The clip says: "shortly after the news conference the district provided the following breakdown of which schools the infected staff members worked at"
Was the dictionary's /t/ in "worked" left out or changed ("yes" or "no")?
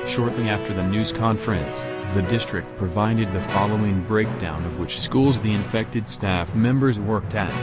no